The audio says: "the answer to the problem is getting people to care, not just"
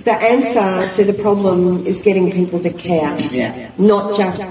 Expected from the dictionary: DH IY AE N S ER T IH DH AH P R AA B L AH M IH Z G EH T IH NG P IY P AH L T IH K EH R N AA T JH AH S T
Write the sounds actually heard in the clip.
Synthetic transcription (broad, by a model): DH IY AE N S ER T IH DH AH P R AA B L AH M IH Z G EH T IH NG P IY P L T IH K EH R N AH T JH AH S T